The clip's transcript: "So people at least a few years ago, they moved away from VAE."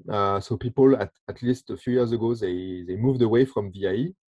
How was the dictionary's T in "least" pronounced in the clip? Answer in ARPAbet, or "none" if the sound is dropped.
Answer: T